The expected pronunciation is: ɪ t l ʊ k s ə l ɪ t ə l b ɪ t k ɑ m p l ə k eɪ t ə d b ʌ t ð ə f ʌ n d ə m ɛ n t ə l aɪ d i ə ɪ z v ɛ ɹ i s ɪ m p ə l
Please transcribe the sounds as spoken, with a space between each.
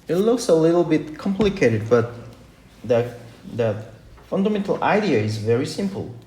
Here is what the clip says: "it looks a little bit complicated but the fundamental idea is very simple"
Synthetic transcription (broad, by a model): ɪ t l ʊ k s ə l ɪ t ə l b ɪ t k ɑ m p l ə k eɪ t ə d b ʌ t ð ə f ʌ n d ə m ɛ n t ə l aɪ d i ə ɪ z v ɛ ɹ i s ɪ m p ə l